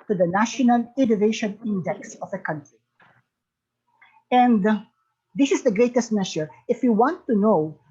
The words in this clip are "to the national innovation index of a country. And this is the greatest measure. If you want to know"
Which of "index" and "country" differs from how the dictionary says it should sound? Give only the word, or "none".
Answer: none